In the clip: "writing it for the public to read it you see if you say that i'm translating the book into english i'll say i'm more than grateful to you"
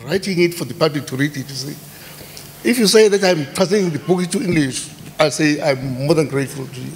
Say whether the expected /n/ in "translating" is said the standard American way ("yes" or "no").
no